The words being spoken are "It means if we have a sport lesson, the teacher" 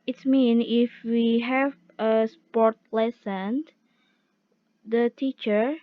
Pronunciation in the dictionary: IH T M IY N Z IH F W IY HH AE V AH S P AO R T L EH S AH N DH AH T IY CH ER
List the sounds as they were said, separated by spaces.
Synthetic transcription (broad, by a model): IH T M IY N IH F W IY HH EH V AH S P AO R T L EH S AH N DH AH T IY CH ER